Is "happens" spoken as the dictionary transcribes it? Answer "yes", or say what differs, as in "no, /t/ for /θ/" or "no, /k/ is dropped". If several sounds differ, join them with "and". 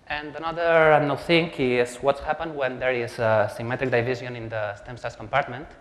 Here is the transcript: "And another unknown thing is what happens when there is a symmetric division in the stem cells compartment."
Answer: no, /z/ is dropped